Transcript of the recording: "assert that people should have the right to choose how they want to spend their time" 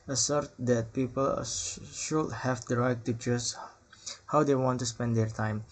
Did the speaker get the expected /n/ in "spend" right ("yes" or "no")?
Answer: yes